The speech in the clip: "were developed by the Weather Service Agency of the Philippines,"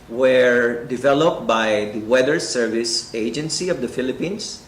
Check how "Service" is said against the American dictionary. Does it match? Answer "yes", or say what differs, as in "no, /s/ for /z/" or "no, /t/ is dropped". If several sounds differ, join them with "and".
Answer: yes